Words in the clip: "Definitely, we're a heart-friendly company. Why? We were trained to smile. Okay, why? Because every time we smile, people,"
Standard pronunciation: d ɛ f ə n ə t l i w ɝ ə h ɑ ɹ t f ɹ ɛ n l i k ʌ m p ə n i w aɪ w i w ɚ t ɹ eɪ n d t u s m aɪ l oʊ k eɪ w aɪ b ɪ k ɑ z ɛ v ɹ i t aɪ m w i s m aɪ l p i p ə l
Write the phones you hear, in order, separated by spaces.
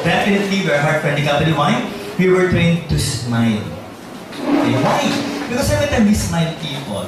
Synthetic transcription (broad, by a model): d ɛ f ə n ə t l i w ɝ ə h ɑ ɹ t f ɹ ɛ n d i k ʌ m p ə l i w aɪ w i w ɚ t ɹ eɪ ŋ t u s m aɪ l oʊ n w aɪ b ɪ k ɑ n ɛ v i t aɪ m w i s m aɪ l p i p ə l